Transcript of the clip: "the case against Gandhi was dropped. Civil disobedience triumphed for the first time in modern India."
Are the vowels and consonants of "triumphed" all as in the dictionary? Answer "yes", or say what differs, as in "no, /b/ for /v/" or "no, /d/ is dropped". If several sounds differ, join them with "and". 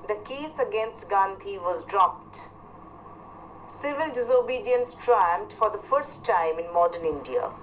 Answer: no, /f/ is dropped